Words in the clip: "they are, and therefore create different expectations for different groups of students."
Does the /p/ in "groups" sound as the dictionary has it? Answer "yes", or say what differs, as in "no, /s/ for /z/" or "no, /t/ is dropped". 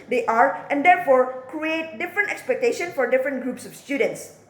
yes